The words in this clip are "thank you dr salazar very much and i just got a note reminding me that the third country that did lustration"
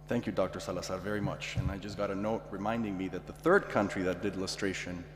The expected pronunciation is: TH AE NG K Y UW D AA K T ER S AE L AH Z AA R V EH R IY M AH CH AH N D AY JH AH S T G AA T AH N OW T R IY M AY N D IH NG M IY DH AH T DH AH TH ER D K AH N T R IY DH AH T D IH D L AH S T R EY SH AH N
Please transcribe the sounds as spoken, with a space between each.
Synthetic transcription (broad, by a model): TH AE NG K Y UW D AA K T ER S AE L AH S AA V EH R IY M AH CH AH N AY JH AH S G AA T AH N OW T R IY M AY N D IH NG M IY DH AH T DH AH TH ER D K AH N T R IY DH AH T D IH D L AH S T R EY SH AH N